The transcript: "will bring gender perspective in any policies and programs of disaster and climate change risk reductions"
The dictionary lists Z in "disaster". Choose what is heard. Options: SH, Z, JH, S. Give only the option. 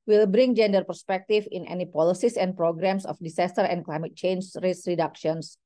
S